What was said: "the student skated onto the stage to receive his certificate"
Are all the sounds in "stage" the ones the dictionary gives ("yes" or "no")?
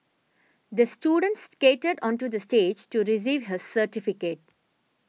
yes